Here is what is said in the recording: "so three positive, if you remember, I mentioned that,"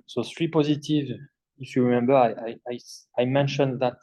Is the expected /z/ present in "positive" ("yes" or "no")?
yes